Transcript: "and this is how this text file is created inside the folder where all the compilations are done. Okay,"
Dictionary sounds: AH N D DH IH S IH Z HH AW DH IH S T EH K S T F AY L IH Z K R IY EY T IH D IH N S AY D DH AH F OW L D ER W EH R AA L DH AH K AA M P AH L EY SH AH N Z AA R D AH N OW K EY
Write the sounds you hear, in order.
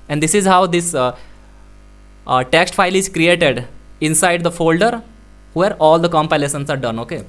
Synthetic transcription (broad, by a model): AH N D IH S IH Z HH AW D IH S T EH K S T F AY L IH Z K R IY EY T IH D IH N S AY D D AH F OW L D ER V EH R AA L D AH K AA M P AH L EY S AH N S AA R D AH N OW K EY